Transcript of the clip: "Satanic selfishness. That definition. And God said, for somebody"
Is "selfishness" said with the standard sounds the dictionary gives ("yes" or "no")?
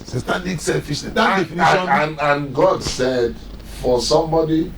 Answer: no